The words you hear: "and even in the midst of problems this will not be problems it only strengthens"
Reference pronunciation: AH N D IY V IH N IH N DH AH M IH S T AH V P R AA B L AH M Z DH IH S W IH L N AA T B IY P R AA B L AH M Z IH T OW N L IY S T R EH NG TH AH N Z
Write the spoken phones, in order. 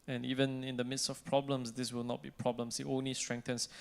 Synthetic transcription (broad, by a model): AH N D IY V IH N IH N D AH M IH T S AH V P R AA B L AH M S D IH S W IH L N AA T B IY P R AA B L AH M S IH T OW N L IY S T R EH NG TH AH N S